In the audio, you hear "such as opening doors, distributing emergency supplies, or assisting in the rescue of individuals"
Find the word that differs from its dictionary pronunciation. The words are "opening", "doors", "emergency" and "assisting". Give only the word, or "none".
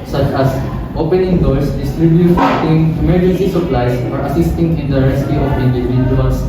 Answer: doors